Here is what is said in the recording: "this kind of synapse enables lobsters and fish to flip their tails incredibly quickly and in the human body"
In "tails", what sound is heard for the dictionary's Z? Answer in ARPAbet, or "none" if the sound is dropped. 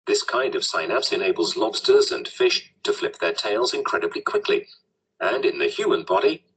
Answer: Z